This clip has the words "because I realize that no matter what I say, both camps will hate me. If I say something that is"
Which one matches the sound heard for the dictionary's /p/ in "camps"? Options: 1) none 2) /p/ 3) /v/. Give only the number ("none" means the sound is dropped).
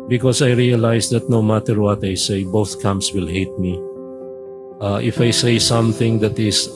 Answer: 1